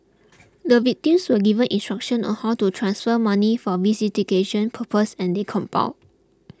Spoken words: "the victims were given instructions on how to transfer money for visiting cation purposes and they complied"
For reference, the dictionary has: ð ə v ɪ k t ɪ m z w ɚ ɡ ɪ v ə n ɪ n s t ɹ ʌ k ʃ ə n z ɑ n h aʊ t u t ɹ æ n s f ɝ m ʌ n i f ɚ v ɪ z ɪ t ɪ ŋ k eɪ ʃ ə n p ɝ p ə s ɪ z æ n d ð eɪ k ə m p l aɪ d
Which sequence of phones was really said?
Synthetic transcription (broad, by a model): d ə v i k t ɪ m s w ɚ ɡ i v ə n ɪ n s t ɹ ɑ k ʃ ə n ɑ n h aʊ t u t ɹ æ n s f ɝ m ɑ n i f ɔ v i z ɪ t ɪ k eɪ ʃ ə n p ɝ p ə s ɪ n d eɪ k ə m p aɪ